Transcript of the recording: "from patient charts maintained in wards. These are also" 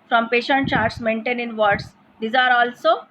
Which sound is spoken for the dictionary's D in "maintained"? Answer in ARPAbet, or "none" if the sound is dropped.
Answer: none